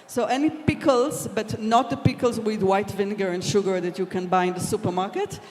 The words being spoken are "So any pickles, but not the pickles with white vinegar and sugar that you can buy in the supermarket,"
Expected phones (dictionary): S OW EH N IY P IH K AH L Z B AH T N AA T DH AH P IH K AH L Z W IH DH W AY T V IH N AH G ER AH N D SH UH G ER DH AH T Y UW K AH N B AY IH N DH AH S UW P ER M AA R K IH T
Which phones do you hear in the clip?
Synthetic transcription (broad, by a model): S OW EH N IY P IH K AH L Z B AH T N AA T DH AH P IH K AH L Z W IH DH W AY T V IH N G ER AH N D SH UH G ER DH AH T Y UW K AH N B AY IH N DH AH S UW P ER M AA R K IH T